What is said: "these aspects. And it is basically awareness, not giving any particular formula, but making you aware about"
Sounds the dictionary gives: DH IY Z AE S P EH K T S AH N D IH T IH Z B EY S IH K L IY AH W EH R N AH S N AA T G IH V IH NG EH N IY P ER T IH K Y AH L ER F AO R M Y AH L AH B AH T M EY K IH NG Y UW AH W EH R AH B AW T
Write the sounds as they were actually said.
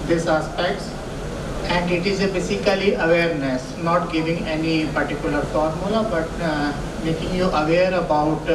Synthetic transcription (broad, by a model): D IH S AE S P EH K T S AH N D IH T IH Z B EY S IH K L IY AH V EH R N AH S N AA T G IH V IH NG EH N IY P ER T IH K Y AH L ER F AO R M Y AH L AH B AH T M EY K IH NG Y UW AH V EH R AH B AW T